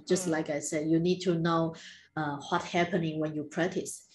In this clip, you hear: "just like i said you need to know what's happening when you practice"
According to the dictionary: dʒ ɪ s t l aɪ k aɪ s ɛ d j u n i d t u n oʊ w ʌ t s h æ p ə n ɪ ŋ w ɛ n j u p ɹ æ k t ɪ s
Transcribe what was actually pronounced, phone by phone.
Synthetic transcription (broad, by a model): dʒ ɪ s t l aɪ k aɪ s ɛ d j u n i d t u n oʊ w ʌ t h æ p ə n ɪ ŋ w ɛ n j u p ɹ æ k t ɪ s